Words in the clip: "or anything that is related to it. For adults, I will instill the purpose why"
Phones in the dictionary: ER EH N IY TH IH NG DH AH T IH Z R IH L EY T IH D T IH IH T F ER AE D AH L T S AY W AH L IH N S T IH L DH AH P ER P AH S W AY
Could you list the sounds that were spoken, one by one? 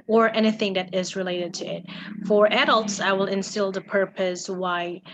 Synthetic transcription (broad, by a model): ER EH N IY TH IH NG DH AH T IH Z R IH L EY T IH D T IH IH T F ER AE D AH L T S AY W AH L IH N S T IH L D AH P ER P AH S W AY